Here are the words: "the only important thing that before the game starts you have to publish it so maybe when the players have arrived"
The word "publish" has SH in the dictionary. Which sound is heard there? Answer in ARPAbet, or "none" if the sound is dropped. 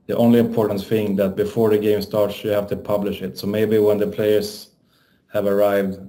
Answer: SH